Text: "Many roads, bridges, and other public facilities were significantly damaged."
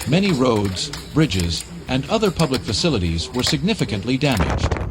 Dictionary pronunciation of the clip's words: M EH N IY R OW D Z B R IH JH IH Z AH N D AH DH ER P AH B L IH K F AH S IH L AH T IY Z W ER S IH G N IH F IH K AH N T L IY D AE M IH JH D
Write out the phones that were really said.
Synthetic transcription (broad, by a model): M EH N IY R OW D Z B R IH JH IH Z AH N D AH DH ER P AH B L IH K F AH S IH L AH T IY Z W ER S IH G N IH F IH K AH N T L IY D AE M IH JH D